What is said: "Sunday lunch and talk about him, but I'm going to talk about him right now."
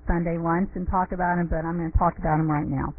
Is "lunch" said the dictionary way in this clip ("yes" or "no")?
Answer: no